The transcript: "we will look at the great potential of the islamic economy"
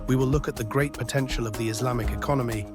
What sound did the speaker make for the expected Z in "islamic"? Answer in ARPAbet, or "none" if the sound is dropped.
Z